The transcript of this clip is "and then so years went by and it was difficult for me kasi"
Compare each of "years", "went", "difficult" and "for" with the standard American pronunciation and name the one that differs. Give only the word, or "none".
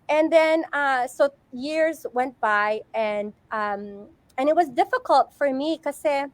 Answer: none